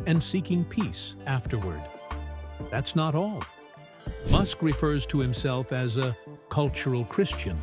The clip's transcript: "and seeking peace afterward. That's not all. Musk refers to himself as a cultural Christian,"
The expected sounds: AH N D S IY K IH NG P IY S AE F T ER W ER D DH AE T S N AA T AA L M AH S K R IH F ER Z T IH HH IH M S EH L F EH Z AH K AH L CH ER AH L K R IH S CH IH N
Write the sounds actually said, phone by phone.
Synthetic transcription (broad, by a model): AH N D S IY K IH NG P IY S AE F T ER W ER D DH AE T S N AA T AA L M AH S K R IH F ER Z T IH HH IH M S EH L F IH Z AH K AH L CH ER L K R IH S CH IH N